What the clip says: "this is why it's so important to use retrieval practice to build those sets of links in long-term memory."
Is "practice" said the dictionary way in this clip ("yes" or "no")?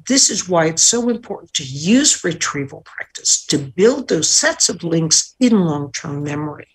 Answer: yes